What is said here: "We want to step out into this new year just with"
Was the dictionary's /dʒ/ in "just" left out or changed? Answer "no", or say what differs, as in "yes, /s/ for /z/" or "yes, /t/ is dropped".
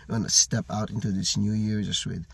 yes, /z/ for /dʒ/